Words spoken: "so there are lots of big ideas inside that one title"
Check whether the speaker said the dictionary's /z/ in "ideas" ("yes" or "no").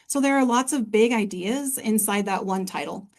yes